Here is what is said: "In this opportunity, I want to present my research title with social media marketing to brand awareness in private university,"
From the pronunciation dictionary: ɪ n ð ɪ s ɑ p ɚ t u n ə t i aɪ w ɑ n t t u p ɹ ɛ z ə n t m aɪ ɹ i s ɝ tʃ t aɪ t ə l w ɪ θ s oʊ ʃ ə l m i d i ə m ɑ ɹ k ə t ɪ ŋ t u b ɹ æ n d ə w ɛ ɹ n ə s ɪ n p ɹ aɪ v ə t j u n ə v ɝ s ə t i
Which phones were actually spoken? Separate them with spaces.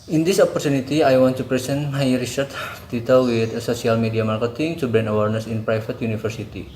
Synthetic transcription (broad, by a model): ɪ n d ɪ s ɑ p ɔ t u n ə t i aɪ w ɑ n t t u p ɹ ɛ s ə n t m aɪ ɹ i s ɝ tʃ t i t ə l w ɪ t s oʊ s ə l m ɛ d i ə m ɑ ɹ k ə t ɪ ŋ t u b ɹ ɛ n ə w ɛ ɹ n ə s ɪ n p ɹ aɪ f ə t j u n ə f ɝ s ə t i